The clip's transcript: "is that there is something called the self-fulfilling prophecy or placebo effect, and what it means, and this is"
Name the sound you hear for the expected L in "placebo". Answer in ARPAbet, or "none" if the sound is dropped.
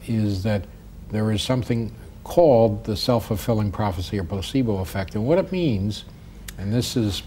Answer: none